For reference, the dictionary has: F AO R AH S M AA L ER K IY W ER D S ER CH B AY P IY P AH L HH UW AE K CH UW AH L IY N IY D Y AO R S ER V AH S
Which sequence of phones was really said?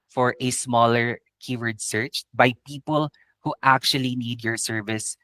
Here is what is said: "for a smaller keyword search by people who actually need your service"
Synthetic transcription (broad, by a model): F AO R AH S M AA L ER K IY W ER D S ER CH B AY P IY P AH L HH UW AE K CH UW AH L IY N IY D Y AO R S ER V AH S